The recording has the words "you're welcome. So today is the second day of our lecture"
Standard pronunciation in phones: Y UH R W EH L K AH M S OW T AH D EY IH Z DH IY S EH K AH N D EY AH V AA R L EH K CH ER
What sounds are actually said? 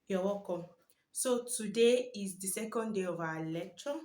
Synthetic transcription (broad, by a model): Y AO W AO K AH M S OW T AH D EY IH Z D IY S EH K AH N D EY AH V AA L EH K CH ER